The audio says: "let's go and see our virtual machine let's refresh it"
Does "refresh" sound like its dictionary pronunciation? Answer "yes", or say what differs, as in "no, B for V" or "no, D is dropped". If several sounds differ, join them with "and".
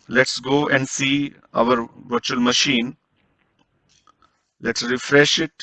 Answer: yes